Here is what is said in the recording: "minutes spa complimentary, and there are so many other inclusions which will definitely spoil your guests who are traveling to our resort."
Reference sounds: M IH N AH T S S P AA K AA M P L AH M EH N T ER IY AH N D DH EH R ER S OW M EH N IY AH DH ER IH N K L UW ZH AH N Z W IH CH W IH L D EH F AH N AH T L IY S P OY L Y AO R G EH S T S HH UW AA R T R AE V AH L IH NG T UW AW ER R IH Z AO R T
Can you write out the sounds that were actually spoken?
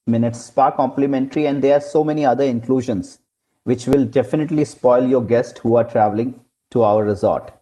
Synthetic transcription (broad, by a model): M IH N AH T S S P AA K AA M P L AH M EH N T ER IY AH N D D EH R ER S OW M EH N IY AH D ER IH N K L UW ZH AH N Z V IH CH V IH L D EH F AH N AH T L IY S P OY L Y AO R G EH S T HH UW AA R T R AE V AH L IH NG T UW AW ER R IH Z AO R T